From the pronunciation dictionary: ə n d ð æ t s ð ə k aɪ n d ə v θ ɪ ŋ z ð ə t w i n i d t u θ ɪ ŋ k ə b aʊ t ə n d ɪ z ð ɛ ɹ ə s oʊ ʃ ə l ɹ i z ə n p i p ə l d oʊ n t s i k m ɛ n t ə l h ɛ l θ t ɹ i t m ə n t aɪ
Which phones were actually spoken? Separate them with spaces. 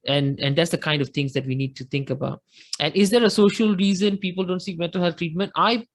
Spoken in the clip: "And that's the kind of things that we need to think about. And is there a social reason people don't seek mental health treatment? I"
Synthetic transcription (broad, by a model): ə n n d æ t s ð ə k aɪ n d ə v t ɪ ŋ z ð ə t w i n i d t u t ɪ ŋ k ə b aʊ t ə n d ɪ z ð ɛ ɹ ə s oʊ ʃ ə l ɹ i z ə n p i p ə l d oʊ n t s i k m ɛ n t ə l h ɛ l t ɹ i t m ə n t aɪ